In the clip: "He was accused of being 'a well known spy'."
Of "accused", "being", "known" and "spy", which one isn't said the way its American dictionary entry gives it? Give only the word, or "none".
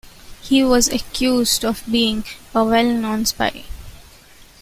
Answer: none